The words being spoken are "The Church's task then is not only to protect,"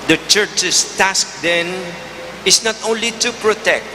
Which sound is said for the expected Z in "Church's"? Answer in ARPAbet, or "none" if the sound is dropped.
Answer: S